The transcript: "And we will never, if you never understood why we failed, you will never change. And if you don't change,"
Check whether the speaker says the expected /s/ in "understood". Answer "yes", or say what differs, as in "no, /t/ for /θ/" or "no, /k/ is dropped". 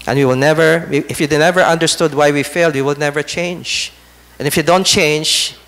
yes